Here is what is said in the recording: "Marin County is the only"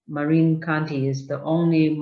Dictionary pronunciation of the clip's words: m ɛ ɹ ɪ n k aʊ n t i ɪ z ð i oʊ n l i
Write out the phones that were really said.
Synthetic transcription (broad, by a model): m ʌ ɹ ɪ n k aʊ n t i ɪ z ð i oʊ n l i